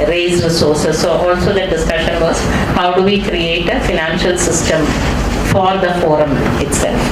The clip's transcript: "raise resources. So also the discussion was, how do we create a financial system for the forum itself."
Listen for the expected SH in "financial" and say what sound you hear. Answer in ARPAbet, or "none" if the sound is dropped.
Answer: SH